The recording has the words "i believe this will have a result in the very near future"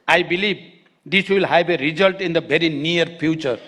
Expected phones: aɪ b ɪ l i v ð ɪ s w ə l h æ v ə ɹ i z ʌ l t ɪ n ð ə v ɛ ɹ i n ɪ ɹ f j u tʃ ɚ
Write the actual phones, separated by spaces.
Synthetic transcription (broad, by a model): aɪ b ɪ l i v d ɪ s w ə l h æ b ə ɹ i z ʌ l t ɪ n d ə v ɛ ɹ i n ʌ ɹ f j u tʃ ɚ